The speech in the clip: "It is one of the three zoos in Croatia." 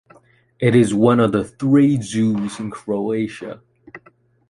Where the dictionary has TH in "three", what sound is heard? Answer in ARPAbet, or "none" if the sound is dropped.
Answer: TH